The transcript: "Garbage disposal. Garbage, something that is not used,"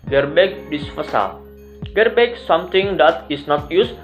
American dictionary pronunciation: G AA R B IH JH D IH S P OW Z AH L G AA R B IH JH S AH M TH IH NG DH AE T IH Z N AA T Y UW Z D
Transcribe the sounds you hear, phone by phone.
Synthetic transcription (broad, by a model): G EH R B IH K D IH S F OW S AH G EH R B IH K S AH M T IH NG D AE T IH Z N AA T Y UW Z